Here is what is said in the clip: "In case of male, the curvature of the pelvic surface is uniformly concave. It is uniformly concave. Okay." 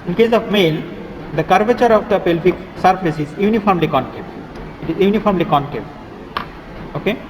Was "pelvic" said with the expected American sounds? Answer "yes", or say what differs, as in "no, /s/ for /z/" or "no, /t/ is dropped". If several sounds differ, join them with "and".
no, /f/ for /v/